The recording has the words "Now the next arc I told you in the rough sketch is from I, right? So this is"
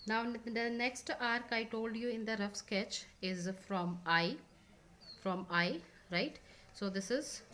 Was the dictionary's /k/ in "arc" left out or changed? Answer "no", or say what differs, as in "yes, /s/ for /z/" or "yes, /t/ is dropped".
no